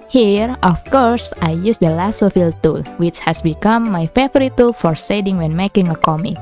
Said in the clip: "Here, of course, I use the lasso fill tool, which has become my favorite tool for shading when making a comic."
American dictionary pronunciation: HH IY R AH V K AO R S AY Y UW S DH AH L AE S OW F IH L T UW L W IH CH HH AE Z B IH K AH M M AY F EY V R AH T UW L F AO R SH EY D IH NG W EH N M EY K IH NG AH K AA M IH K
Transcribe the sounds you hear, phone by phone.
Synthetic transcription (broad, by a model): HH IY R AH F K AO R S AY Y UW S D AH L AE S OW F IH L T UW L W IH CH HH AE S B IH K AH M M AY F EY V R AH T UW L F AO R S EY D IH NG W EH N M EY K IH NG AH K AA M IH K